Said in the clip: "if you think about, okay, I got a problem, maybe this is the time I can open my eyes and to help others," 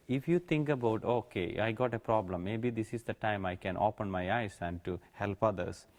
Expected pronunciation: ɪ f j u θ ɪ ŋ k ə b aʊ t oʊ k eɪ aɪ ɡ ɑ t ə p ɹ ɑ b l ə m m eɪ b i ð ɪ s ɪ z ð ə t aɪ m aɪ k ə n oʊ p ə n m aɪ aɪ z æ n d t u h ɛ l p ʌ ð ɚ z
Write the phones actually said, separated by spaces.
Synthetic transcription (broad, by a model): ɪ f j u t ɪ ŋ k ə b aʊ t oʊ k eɪ aɪ ɡ ɑ t ə p ɹ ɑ b l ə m m eɪ b i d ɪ s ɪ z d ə t aɪ m aɪ k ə n oʊ p ə n m aɪ aɪ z æ n d t u h ɛ l p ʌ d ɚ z